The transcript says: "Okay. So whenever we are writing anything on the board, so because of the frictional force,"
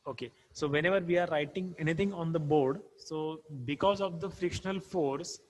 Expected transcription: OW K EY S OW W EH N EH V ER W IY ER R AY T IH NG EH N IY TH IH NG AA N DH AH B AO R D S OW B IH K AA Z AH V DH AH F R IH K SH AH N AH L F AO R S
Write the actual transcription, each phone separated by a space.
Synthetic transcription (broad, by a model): OW K EY S OW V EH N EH V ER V IY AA R AY T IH NG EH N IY T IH NG AA N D AH B AO R D S OW B IH K AA Z AH V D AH F R IH K SH AH N AH L F AO R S